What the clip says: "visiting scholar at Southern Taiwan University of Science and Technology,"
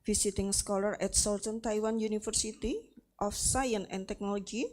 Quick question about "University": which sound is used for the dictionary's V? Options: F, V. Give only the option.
F